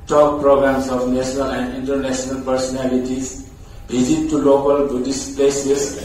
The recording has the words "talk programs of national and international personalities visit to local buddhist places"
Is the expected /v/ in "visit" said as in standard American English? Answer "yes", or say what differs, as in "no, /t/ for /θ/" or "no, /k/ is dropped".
no, /b/ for /v/